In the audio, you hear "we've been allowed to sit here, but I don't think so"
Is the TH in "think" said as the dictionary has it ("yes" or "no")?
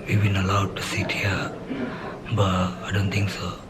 no